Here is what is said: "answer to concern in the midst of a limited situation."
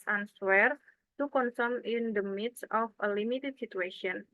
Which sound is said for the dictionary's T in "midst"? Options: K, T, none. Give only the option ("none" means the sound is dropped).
none